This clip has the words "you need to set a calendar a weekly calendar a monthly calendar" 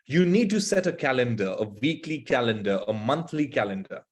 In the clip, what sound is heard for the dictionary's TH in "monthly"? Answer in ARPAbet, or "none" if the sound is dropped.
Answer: T